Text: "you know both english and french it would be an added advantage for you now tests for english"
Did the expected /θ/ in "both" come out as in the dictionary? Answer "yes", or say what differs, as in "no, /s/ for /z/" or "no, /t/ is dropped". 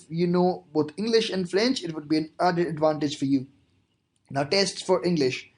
no, /t/ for /θ/